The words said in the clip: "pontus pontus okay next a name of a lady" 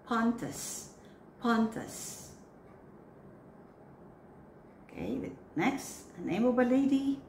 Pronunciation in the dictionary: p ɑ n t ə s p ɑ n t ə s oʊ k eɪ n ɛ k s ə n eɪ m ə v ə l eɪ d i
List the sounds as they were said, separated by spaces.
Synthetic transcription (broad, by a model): p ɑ n t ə s p ɑ n t ə s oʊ k eɪ n ɛ k s ə n eɪ m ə b ə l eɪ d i